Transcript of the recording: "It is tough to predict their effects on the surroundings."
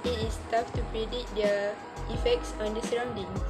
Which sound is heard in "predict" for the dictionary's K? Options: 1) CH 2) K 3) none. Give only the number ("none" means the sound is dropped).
3